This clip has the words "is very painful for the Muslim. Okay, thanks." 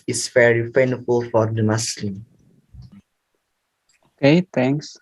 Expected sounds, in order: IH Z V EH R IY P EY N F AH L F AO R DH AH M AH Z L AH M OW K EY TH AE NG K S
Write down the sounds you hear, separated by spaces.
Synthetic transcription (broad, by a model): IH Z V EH R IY F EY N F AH L F AO R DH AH M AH S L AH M OW K EY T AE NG K S